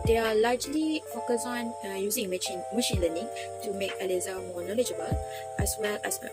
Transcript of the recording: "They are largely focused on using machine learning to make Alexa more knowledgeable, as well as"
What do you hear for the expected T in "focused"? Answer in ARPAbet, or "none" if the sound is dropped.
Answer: none